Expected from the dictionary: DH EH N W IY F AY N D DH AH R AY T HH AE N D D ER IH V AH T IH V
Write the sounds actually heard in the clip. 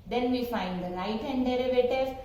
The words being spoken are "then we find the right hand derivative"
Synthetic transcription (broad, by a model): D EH N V IY F AY N D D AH L AY T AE N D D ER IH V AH T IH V